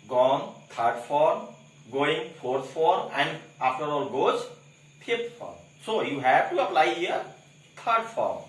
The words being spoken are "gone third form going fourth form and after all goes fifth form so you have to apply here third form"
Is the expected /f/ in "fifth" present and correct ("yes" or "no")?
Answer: no